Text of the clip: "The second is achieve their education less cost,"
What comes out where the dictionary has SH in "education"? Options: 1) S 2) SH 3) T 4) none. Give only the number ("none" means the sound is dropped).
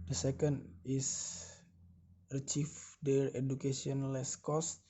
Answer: 1